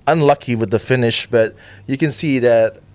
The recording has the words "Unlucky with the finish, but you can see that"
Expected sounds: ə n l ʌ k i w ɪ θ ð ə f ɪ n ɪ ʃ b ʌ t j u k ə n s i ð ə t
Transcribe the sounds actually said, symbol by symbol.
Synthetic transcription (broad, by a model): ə n l ʌ k i w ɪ ð ə f ɪ n ɪ ʃ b ʌ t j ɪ k ə n s i ð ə t